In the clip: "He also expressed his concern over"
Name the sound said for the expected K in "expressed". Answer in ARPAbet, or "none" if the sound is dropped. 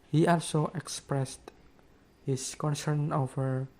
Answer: K